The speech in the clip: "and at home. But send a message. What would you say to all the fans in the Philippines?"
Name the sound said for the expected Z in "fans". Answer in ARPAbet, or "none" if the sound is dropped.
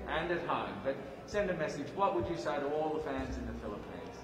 Z